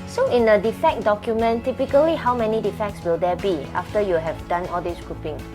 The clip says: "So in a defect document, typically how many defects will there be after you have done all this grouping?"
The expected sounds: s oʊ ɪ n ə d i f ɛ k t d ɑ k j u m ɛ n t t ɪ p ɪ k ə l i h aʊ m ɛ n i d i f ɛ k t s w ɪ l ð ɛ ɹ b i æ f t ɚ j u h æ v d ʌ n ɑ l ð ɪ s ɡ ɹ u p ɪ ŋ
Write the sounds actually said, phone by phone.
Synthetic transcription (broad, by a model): s oʊ ɪ n ə d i f ɛ k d ɑ k j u m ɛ n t t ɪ p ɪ k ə l i h aʊ m ɛ n i d i f ɛ k t s w ɪ l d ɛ b i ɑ f t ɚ j u h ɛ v d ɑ n ɑ l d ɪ s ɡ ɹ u p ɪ ŋ